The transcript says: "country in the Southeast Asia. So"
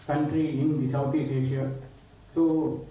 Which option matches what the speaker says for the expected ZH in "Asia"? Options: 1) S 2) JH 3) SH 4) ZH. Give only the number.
3